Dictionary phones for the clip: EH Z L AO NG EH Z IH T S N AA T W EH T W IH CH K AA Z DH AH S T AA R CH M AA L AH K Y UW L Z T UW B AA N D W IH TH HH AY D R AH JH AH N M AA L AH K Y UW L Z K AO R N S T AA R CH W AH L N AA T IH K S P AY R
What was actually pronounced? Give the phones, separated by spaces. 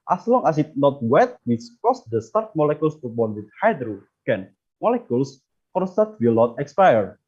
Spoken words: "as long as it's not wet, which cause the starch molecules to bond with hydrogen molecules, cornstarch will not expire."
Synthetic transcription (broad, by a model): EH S L AO NG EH S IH T N AA T W EH T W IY S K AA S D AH S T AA R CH M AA L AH K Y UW L S T UW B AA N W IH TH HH AY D R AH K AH N M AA L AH K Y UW L S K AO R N S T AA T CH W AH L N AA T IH K S P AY R